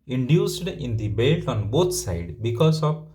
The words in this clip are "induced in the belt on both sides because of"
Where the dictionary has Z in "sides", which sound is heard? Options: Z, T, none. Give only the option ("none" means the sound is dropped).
none